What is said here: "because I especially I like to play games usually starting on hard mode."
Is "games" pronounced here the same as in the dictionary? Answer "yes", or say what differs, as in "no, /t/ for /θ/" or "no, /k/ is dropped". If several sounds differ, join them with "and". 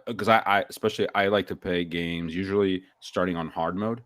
yes